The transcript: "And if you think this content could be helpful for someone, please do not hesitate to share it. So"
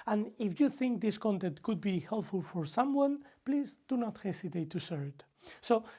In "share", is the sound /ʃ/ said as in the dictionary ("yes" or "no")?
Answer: no